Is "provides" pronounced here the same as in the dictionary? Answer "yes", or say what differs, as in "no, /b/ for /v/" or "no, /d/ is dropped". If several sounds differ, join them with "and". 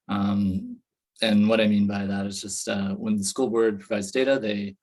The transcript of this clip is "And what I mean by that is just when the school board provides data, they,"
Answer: yes